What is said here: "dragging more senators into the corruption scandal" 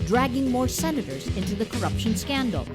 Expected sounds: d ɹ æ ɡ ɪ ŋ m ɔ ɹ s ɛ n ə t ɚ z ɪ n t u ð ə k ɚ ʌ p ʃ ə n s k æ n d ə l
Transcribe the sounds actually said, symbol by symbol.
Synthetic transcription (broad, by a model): d ɹ æ ɡ ɪ ŋ m ɔ ɹ s ɛ n ə t ɚ z ɪ n t u ð ə k ɚ ʌ p ʃ ə n s k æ n d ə l